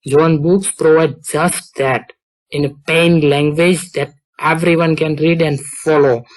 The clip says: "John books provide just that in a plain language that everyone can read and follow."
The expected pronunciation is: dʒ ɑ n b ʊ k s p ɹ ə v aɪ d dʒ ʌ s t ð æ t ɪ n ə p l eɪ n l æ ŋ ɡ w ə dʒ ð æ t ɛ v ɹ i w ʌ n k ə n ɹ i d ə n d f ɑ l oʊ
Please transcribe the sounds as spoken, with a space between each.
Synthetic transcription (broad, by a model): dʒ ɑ n b ʊ k s p ɹ ə v aɪ d dʒ ʌ s t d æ t ɪ n ə p eɪ n l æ ŋ ɡ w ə dʒ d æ t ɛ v ɹ i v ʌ n k ə n ɹ i d ə n d f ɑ l oʊ